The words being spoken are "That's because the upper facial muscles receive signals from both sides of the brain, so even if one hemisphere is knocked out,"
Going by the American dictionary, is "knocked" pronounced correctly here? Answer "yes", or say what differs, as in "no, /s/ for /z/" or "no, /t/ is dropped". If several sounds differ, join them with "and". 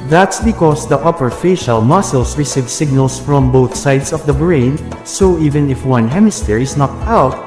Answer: no, /k/ is dropped